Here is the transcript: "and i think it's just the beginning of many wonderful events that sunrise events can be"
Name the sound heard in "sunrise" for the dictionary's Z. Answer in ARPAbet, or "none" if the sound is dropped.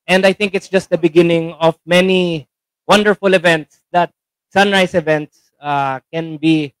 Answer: S